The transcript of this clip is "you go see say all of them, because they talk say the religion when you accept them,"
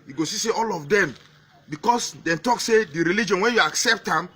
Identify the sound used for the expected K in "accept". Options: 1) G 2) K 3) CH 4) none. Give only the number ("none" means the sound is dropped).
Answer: 2